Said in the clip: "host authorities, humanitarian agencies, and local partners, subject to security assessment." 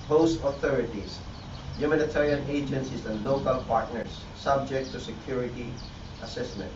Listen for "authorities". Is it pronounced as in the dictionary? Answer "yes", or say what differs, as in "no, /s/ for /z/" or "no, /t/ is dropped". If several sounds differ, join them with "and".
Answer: no, /s/ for /z/